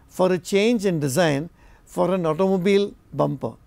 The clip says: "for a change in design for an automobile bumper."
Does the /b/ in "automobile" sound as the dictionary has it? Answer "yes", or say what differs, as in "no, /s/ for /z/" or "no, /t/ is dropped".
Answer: yes